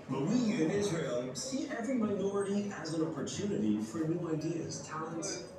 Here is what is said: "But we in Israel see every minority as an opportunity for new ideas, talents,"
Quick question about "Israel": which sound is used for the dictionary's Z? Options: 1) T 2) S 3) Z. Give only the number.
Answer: 3